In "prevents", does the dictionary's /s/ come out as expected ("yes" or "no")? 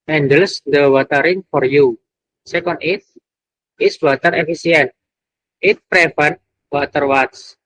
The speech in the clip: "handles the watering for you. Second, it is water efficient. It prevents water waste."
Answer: no